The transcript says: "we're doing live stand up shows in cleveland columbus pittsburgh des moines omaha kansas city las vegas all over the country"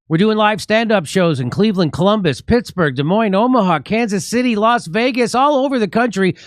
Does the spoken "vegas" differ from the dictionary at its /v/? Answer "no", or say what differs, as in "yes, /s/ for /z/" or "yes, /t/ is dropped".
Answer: no